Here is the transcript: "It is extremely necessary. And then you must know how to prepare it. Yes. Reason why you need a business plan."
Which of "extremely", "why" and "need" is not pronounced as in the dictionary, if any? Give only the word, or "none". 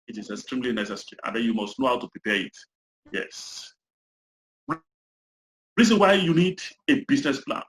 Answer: none